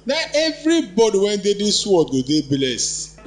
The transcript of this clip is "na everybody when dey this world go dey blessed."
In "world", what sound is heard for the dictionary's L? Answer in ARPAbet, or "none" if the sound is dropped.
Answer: none